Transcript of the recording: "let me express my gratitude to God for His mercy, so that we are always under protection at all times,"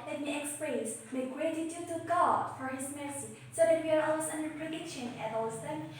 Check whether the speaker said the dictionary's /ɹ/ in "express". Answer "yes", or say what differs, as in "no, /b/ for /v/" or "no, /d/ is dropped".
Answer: no, /l/ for /ɹ/